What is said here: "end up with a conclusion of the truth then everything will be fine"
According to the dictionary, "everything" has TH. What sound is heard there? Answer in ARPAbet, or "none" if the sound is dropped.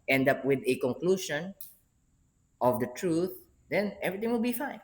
T